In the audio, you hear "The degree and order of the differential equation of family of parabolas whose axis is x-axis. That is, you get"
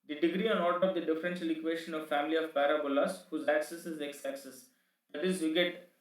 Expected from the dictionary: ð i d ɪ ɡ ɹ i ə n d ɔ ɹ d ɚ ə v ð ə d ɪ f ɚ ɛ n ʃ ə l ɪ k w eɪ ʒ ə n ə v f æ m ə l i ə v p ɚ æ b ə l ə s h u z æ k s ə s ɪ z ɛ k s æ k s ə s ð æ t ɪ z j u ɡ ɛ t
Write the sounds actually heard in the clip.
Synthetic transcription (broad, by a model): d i d ɪ ɡ ɹ i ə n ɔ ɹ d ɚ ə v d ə d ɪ f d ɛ n s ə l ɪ k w eɪ ʃ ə n ə v f æ m ə l i ə v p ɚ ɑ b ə l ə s h u z æ k s ə s ɪ z ɛ k s æ k s ə s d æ t ɪ z j u ɡ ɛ t